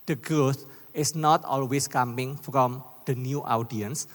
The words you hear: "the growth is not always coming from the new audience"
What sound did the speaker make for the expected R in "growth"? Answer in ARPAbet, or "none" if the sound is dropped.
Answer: none